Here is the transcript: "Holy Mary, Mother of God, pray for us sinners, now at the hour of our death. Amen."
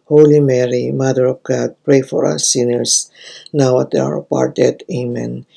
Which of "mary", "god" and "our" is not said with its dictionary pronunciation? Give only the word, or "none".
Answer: none